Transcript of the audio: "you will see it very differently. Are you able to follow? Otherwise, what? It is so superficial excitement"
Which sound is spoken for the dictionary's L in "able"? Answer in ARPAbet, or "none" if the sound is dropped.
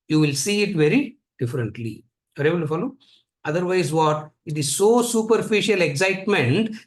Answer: N